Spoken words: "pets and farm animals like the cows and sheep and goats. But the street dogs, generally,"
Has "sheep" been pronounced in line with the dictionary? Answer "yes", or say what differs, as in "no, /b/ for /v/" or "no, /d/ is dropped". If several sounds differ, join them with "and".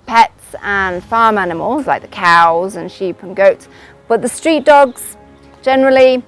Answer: yes